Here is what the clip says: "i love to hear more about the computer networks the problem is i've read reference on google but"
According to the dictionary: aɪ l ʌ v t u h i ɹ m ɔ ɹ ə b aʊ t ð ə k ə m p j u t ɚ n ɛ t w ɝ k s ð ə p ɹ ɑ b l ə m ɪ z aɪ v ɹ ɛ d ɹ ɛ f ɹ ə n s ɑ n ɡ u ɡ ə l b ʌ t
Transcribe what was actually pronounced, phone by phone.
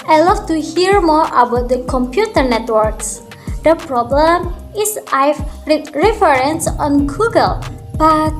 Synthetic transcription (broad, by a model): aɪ l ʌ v t u h i ɹ m ɔ ɹ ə b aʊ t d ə k ə m p j u t ɚ n ɛ t w ɝ k s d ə p ɹ ɑ b l ə m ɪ s aɪ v ɹ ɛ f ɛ ɹ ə n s ɑ n ɡ u ɡ ə l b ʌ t